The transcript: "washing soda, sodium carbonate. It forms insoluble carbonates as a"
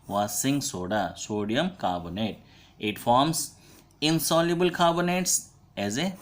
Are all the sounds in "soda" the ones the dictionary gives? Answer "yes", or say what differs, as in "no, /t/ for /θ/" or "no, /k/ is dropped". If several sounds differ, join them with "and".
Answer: yes